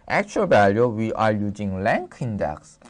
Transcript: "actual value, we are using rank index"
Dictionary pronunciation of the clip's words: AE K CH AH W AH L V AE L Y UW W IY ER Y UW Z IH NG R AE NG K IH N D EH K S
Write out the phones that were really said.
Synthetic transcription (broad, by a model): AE K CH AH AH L V AE L Y UW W IY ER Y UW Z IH NG L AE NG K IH N D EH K S